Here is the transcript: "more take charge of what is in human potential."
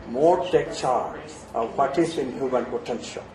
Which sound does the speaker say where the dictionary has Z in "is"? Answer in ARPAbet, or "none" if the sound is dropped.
S